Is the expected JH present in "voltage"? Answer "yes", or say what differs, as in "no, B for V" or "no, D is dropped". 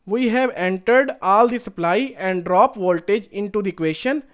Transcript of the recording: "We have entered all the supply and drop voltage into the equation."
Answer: yes